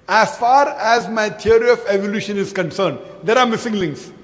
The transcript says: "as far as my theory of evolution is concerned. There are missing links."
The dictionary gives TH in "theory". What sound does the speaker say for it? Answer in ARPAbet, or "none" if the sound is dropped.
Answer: T